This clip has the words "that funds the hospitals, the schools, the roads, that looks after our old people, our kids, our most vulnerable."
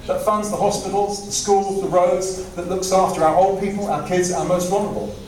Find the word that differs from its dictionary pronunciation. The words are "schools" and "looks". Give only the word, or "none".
none